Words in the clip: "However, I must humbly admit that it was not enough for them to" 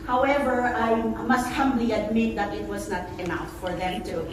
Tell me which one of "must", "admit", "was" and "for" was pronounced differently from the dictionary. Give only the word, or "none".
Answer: none